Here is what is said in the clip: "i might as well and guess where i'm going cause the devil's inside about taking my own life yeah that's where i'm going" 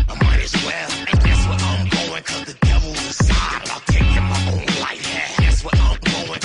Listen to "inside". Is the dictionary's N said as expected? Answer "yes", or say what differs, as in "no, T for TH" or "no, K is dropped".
no, N is dropped